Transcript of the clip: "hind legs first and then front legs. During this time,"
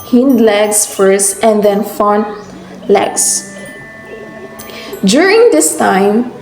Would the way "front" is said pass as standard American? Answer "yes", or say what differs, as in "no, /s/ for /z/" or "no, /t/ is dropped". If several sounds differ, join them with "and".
no, /ɹ/ is dropped